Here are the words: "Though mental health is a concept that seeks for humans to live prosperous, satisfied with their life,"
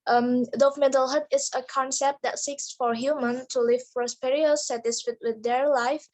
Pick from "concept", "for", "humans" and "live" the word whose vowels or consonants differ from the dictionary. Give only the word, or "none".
humans